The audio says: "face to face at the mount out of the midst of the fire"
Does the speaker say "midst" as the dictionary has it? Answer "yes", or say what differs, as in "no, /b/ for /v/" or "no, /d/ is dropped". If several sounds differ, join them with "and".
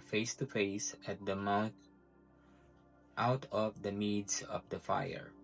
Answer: no, /t/ is dropped